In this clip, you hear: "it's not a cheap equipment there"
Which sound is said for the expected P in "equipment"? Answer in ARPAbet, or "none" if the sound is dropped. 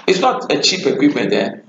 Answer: none